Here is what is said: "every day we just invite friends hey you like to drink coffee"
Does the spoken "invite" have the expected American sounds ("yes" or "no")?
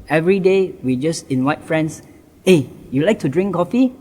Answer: no